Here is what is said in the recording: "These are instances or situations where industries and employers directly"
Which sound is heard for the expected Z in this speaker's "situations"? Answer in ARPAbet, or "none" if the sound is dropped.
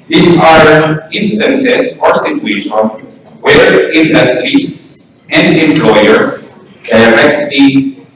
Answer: none